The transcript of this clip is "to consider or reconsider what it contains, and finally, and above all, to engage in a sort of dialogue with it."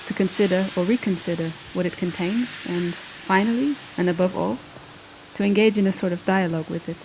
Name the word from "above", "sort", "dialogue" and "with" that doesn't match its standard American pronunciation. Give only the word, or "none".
none